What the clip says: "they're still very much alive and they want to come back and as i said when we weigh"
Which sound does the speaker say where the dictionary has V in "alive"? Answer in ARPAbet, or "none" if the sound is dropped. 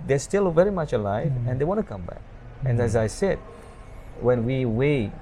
V